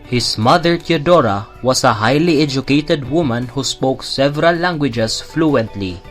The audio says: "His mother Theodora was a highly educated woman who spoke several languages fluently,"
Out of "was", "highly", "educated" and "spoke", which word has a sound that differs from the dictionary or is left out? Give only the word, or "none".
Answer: was